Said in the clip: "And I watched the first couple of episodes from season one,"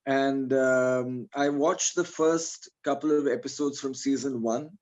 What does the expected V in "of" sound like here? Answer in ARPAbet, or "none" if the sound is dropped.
V